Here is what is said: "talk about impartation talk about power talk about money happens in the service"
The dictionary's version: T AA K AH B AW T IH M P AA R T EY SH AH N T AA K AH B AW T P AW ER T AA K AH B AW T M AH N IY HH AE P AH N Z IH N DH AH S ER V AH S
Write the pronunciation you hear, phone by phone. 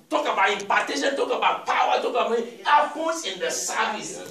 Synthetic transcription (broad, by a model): T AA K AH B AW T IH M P AA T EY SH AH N T AA K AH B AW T P AW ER T AA K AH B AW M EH IY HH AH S IH N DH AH S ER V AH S